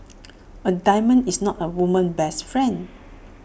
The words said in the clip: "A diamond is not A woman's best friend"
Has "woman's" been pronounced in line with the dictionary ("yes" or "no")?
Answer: no